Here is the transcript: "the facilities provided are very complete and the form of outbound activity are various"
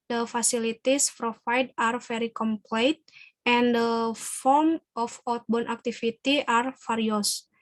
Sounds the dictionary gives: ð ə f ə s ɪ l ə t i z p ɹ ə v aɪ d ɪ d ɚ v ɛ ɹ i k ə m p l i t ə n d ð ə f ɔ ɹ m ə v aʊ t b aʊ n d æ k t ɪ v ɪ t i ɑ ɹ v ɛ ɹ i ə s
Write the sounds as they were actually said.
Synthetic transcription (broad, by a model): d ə f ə s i l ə t i s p ɹ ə f aɪ d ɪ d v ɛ ɹ i k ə m p l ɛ t ə n d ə f ɔ ɹ m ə f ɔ t b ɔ n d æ k t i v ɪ t i ɑ ɹ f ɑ ɹ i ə s